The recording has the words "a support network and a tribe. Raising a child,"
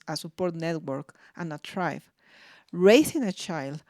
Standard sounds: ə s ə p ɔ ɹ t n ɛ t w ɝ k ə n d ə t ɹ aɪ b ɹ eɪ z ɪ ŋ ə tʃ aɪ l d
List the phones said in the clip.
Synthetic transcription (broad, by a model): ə s ə p ɔ ɹ t n ɛ t w ɝ k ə n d ə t ɹ aɪ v ɹ eɪ s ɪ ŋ ə tʃ aɪ l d